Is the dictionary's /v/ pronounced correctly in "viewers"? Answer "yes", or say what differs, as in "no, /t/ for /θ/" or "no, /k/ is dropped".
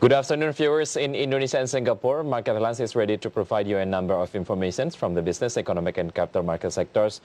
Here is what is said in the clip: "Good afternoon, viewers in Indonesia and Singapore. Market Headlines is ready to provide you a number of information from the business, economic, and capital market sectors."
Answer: no, /f/ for /v/